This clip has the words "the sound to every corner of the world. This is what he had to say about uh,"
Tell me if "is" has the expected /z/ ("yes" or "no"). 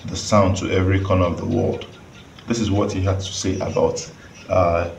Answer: yes